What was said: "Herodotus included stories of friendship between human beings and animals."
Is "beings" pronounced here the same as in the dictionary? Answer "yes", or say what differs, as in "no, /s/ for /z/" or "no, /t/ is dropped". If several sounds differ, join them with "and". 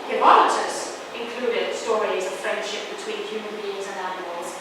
yes